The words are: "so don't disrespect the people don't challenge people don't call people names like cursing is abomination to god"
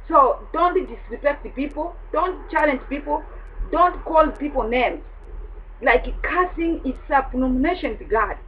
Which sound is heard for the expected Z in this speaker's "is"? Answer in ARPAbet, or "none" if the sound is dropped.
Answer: S